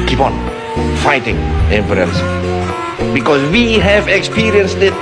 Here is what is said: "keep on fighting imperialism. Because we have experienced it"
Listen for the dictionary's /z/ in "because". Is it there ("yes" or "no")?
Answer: no